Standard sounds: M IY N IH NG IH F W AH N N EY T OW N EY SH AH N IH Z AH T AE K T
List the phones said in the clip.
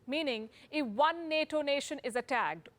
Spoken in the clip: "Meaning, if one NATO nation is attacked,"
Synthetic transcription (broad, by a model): M IY N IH NG IH F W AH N N EY T OW N EY SH AH N IH Z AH T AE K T